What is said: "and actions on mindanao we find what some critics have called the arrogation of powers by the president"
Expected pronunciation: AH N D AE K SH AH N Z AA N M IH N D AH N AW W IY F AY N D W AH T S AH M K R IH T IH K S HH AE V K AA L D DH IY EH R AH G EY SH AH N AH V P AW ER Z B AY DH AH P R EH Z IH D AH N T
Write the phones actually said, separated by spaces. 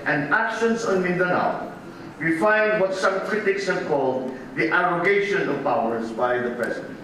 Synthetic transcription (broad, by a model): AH N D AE K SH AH N S AA N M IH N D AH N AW W IY F AY N D W AH T S AH M K R IH T IH K S HH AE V K AA L D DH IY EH R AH G EY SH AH N AH V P AW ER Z B AY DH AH P R EH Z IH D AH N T